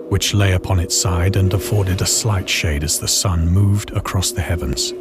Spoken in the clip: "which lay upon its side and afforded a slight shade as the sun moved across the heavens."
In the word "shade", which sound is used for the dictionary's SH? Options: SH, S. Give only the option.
SH